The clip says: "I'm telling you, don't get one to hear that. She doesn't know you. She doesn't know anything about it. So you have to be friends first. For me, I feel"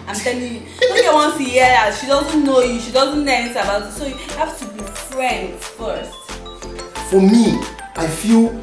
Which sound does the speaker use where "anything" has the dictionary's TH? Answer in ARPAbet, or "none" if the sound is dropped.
S